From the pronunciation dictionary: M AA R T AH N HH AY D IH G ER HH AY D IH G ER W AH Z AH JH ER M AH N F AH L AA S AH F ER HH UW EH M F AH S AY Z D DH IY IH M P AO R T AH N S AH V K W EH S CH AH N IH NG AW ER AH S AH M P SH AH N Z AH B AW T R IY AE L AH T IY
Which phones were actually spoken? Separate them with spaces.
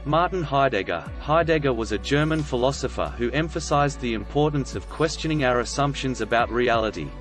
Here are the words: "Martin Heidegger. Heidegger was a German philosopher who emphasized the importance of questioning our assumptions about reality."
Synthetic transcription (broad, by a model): M AA R T N HH AY D IH G ER HH AY D IH G ER W AH Z AH JH ER M AH N F AH L AA S AH F ER HH UW EH M F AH S AY Z DH IY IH M P AO R T N S AH V K W EH S CH AH N IH NG AW ER AH S AH M P SH AH N Z AH B AW T R IY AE L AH T IY